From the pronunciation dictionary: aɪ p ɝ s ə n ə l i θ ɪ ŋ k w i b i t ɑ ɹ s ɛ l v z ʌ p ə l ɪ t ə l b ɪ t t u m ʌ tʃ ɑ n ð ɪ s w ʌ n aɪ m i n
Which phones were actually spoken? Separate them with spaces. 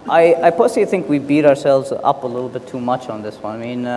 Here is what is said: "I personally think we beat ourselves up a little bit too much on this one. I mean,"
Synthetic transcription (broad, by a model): aɪ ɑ ə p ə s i θ ɪ ŋ k w i b i t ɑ ɹ s ɛ l v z ʌ p ə l ɪ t l b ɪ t t u m ʌ tʃ n ð ɪ s w ʌ n aɪ m i n